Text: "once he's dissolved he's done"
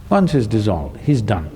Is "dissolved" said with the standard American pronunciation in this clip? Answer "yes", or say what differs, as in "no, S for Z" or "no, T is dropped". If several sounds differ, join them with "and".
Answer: yes